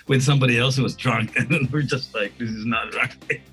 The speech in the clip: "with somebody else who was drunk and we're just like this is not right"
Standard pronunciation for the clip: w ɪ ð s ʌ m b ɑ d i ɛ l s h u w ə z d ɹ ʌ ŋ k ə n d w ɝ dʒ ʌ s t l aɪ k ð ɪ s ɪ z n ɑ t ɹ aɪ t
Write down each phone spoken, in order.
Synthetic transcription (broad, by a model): w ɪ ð s ʌ m b ɑ d i ɛ l s h u w ə z d ɹ ʌ ŋ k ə n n w ɝ dʒ ʌ s t l aɪ k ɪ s ɪ z n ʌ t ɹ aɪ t